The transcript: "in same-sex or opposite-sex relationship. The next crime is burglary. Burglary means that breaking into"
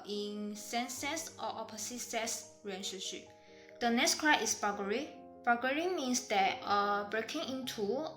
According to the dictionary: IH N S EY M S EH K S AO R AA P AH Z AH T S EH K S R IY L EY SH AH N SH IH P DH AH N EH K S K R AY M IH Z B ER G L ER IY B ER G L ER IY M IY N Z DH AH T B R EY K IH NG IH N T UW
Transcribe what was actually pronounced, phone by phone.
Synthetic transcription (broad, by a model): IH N S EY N S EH S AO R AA P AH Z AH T S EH S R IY EY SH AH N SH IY P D AH N EH K S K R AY IH S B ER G ER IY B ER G ER IY M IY N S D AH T B R EY K IH NG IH N T UW